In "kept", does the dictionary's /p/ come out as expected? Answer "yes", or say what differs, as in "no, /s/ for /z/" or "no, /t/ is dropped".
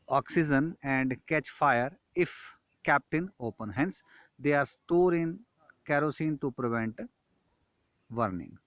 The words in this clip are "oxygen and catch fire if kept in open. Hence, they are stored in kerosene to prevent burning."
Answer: yes